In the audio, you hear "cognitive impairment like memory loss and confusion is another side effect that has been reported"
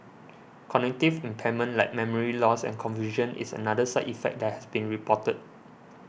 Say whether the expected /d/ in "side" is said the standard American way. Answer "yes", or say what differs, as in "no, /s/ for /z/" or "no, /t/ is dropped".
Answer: no, /d/ is dropped